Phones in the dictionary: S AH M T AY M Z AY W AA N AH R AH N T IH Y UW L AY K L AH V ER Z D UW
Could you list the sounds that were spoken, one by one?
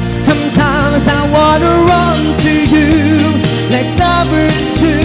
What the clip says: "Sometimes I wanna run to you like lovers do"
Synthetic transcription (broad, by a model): S AH M T AY M Z AY W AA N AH R AH N T IH Y UW L AY K N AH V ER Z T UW